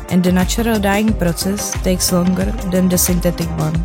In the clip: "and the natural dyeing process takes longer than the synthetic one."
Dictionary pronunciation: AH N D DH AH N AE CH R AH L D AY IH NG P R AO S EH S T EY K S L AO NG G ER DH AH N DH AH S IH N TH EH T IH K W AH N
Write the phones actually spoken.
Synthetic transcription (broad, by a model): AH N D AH N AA CH R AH L D AY IH NG P R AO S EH S T EY K S L AO NG G ER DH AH N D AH S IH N T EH T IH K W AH N